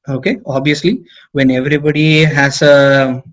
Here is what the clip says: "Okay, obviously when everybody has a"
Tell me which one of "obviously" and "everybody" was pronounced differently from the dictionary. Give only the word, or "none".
obviously